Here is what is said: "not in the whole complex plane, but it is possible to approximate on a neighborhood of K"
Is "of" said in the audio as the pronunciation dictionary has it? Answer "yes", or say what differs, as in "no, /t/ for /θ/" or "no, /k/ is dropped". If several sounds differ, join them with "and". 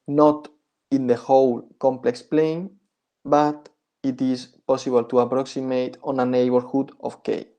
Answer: no, /f/ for /v/